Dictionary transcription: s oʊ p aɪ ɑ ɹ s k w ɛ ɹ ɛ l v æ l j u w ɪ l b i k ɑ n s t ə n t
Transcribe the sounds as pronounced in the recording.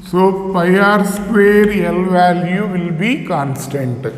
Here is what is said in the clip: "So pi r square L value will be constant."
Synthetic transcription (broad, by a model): s oʊ f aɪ ɑ ɹ s k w ɛ ɹ ɛ l v æ l j u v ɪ l b i k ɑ n s t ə n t